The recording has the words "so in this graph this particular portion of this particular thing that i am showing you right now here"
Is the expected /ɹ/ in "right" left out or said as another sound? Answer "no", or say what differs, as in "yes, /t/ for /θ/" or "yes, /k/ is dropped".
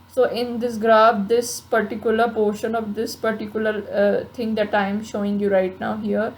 no